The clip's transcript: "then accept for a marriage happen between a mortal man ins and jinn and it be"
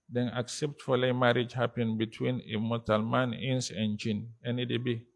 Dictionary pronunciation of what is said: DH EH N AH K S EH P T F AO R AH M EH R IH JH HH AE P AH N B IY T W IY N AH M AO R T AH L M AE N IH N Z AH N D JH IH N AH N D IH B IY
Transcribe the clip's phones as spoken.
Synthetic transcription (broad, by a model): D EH N AH K S EH P T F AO L AH M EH R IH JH HH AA P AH N B IY T W IY N AH M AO T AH L M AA N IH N S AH N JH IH N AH N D IH B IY